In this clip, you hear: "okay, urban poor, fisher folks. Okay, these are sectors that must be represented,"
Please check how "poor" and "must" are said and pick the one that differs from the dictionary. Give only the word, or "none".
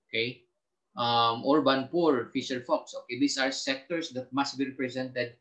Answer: none